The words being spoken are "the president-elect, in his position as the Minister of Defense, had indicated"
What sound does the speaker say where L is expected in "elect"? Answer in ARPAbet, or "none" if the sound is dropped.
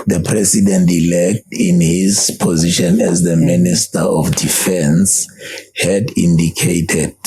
L